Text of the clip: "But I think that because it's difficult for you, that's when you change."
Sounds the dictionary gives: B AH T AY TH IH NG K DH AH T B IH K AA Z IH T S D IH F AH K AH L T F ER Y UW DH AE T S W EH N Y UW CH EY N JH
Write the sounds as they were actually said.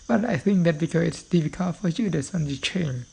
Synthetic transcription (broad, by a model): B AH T AY TH IH NG K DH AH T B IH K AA IH T S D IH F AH K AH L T F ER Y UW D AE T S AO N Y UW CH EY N